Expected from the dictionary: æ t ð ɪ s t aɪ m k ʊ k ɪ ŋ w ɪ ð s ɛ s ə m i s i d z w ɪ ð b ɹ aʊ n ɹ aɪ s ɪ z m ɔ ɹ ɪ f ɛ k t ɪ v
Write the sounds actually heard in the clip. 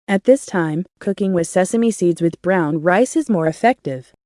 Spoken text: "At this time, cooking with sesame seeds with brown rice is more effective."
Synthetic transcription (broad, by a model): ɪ t ð ɪ s t aɪ m k ʊ k ɪ ŋ w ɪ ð s ɛ s ə m i s i d z w ɪ ð b ɹ aʊ n ɹ aɪ s ɪ z m ɔ ɹ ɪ f ɛ k t ɪ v